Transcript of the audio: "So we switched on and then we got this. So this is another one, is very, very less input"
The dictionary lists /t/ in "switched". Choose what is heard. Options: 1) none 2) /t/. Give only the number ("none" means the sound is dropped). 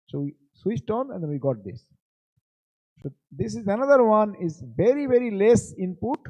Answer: 2